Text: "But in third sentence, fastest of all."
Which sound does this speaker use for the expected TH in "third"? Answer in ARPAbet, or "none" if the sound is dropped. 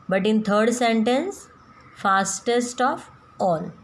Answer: T